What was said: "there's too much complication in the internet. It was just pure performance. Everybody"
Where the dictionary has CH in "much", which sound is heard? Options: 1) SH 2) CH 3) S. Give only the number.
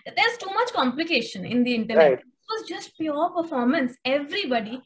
2